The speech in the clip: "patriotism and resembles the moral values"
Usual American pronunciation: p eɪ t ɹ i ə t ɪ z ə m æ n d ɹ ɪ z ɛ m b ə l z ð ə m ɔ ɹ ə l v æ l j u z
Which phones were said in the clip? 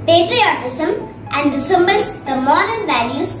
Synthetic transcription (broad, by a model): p eɪ t ɹ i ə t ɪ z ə m æ n d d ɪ s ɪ m b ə l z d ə m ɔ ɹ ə n v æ l j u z